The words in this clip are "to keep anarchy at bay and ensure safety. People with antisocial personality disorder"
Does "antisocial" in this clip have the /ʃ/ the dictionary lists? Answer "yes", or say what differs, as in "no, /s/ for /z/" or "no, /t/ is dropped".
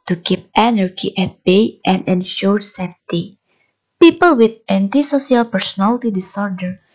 no, /s/ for /ʃ/